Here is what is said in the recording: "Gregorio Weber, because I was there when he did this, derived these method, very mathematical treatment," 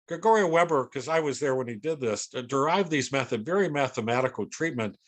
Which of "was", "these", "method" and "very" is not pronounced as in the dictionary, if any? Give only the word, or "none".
none